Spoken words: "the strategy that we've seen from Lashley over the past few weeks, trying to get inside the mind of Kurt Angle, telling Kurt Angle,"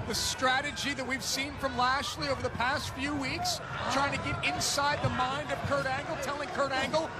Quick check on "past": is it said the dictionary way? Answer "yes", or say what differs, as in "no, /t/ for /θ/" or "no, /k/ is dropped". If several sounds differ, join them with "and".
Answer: yes